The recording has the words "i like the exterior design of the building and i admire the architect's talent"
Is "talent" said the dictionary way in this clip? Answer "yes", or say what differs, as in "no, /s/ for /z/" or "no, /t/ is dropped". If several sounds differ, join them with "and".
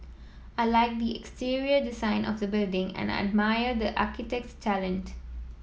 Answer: yes